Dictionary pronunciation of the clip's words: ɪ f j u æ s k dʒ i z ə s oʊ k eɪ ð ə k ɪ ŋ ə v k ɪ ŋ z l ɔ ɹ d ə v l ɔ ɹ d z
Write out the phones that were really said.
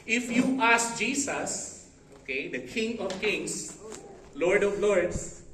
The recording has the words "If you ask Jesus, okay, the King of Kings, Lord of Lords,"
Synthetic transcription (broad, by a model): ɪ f j u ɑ s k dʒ i s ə s oʊ k eɪ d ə k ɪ ŋ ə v k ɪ ŋ s l ɔ ɹ d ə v l ɔ ɹ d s